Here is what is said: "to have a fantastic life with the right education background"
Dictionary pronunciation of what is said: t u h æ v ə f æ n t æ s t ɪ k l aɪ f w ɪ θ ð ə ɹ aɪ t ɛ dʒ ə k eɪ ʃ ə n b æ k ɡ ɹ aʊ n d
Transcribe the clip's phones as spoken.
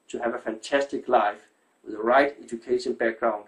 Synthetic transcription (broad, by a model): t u h æ v ə f æ n t æ s t ɪ k l aɪ f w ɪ ð ə ɹ aɪ t ɛ dʒ ə k eɪ ʃ ə n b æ k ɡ ɹ aʊ n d